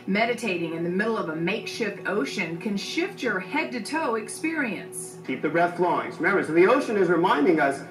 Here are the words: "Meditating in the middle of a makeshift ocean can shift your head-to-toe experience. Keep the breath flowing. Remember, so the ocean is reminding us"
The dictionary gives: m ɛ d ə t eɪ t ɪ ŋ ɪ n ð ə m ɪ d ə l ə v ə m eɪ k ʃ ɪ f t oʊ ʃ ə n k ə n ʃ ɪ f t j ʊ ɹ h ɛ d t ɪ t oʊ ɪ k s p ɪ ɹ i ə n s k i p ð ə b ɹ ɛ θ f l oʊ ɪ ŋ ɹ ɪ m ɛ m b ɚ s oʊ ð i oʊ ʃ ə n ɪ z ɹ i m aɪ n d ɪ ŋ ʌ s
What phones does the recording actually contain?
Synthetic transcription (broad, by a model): m ɛ d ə t eɪ t ɪ ŋ ɪ n ð ə m ɪ d l ə v ə m eɪ k ʃ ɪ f oʊ ʃ ə n k ə n ʃ ɪ f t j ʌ ɹ h ɛ d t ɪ t oʊ ɪ k s p ɪ ɹ i ə n s k i p ð ə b ɹ ɛ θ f l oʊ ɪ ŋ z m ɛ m ɚ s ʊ ð i oʊ ʃ ə n ɪ z ɹ i m aɪ n d ɪ ŋ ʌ s